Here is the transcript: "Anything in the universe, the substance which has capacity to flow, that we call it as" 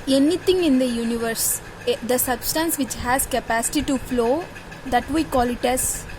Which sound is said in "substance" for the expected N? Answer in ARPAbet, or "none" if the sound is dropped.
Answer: N